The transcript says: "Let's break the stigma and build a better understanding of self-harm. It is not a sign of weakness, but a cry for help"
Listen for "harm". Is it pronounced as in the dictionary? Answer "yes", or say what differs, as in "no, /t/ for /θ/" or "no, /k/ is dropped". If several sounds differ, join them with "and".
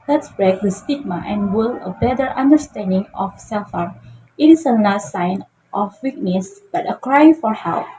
no, /m/ is dropped